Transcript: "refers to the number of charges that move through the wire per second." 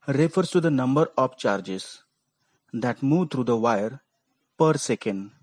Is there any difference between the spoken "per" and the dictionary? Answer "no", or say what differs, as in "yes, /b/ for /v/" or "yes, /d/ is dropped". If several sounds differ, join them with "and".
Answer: no